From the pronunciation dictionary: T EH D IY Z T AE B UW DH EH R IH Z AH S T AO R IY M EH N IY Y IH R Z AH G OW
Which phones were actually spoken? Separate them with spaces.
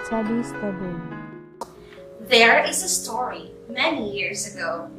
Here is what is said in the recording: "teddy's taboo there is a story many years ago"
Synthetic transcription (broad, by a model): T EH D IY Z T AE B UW DH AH R IH Z AH S T AO R IY M EH N IY Y IH R Z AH G OW